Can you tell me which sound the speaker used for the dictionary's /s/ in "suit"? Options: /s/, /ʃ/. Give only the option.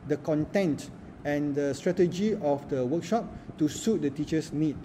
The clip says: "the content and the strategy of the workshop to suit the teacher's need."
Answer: /s/